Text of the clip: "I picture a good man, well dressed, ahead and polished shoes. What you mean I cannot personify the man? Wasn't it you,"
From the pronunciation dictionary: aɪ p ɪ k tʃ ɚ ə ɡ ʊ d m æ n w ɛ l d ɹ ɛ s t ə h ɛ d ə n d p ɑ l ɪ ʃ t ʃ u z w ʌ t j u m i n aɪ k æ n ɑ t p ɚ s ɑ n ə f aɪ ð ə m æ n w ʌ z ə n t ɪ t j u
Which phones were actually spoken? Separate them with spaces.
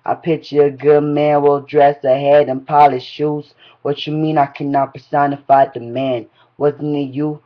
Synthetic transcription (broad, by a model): aɪ p ɪ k tʃ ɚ ə ɡ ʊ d m æ n w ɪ l d ɹ ɛ s ə h ɛ d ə n p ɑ l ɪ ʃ ʃ u z w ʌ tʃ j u m i n aɪ k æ n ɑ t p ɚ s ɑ n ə f aɪ ð ə m æ n w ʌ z n ɪ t j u